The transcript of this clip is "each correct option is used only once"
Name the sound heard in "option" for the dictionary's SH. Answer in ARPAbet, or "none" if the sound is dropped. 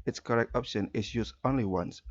SH